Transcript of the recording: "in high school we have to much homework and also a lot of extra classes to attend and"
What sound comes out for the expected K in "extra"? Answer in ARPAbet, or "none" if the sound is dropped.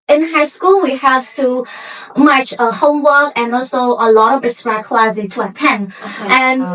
none